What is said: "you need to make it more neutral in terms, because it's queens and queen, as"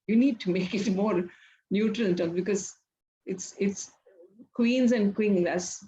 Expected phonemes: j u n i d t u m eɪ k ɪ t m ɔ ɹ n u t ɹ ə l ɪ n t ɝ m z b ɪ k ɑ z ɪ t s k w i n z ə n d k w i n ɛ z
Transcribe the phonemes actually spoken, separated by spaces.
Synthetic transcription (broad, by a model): j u n i d t u m eɪ k ɪ t m ɔ ɹ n u t ɹ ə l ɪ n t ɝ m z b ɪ k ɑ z ɪ t s k w i n z ə n d k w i l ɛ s